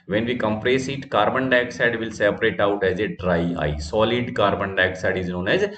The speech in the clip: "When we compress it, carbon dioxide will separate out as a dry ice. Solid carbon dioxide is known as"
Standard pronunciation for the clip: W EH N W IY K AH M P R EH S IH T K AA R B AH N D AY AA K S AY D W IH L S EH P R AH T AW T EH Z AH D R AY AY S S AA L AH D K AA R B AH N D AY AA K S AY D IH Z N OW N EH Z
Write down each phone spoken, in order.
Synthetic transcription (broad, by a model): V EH N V IY K AH M P R EH S IH T K AA R B AH N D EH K S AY D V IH L S EH P R AH T AW T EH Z AH D R AY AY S S AA L AH D K AA R B AH N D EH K S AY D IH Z N OW N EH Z